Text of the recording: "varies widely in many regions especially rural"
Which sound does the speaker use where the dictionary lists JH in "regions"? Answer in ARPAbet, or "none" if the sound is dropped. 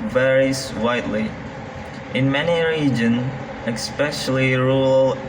JH